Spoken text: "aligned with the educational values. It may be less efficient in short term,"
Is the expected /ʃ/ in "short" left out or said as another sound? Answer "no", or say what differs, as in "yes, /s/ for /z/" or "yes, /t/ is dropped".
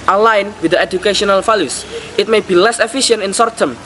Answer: yes, /s/ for /ʃ/